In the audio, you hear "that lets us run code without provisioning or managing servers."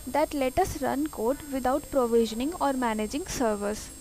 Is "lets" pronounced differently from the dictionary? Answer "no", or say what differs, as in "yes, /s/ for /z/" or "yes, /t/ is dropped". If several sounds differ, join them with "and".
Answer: yes, /s/ is dropped